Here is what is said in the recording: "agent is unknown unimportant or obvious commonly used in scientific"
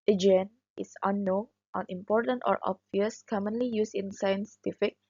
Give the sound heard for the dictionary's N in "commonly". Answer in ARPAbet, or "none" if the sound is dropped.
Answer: N